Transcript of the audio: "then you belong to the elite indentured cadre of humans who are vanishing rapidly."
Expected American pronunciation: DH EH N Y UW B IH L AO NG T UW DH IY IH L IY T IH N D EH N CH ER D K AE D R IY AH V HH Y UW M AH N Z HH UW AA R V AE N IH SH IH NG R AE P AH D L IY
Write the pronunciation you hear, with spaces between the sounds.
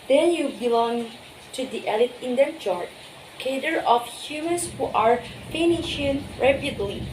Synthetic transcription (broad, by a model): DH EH N Y UW B IH L AO NG T UW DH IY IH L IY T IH N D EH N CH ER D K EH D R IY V HH Y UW M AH N S HH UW AA R F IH N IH SH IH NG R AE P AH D L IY